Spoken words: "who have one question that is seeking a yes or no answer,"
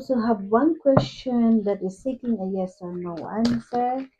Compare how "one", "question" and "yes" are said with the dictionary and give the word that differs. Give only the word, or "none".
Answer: none